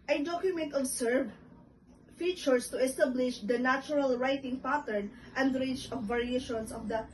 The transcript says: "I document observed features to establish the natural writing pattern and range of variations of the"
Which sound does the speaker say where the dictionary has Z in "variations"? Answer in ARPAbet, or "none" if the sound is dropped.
S